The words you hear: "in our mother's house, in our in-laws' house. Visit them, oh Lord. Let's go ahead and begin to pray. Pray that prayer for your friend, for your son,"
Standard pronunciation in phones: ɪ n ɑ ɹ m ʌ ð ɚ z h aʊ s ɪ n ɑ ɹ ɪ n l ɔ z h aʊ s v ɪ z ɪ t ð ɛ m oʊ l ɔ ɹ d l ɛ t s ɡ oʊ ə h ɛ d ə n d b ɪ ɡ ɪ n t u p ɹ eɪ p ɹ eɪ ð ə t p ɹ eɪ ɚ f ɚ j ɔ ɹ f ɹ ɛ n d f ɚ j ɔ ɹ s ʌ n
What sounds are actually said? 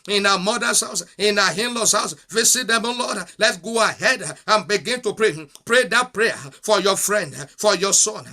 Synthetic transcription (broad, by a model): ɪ n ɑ m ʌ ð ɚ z h aʊ s ɪ n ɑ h ɪ n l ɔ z h aʊ s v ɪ s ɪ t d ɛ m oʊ l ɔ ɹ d l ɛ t ɡ oʊ ə h ɛ d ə n b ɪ ɡ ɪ n t u p ɹ eɪ p ɹ eɪ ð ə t p ɹ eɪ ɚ f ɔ j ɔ f ɹ ɛ n d f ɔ j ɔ s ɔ n